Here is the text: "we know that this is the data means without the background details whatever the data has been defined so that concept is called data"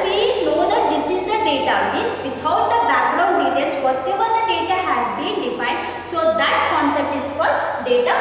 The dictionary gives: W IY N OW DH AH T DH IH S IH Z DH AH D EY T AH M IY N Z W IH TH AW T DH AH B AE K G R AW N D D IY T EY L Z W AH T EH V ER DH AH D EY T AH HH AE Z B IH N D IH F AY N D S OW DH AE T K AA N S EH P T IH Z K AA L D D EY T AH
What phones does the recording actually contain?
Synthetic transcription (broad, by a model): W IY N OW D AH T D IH S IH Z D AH D EY T AH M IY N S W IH T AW T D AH B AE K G R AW N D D IY T EY L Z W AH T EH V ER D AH D EY T AH HH AE Z B IH N D IH F AY N D S OW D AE T K AA N S EH P T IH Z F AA D D EY T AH